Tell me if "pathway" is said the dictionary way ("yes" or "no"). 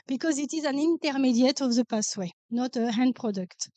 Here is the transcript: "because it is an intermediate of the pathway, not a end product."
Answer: no